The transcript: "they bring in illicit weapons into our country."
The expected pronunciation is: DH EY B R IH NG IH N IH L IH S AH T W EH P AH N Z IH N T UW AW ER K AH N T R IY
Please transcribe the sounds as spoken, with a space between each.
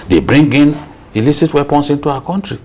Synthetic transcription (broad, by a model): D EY B R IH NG IH N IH L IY S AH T W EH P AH N S IH N T UW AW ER K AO N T R IY